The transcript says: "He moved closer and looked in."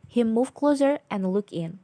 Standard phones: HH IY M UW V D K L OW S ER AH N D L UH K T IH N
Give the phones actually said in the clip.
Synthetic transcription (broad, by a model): HH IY M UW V K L OW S ER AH N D L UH K IH N